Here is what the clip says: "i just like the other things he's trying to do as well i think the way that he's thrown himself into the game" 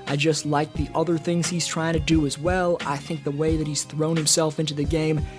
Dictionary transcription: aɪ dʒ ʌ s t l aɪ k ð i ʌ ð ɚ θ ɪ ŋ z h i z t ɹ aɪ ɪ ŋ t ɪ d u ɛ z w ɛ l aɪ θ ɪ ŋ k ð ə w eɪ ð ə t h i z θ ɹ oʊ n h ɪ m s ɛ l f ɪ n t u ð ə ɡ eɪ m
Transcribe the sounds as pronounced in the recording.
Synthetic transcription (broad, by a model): aɪ dʒ ʌ s t l aɪ k ð i ʌ ð ɚ θ ɪ ŋ z h i z t ɹ aɪ ɪ ŋ t ɪ d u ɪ z w ɛ l aɪ θ ɪ ŋ k ð ə w eɪ ð ə t h i z θ ɹ oʊ n h ɪ m s ɛ l f ɪ n t u ð ə ɡ eɪ m